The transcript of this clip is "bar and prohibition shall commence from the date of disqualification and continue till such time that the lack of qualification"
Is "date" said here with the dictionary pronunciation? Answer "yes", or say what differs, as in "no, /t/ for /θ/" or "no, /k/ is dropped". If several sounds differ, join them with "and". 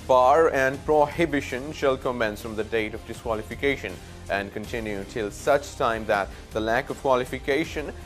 yes